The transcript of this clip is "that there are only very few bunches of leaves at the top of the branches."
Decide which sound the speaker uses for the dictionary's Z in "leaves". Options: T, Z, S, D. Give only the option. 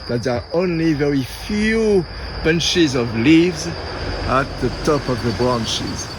Z